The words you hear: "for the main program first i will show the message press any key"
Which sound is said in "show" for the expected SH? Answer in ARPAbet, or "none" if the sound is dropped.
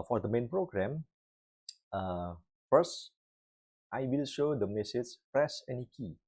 SH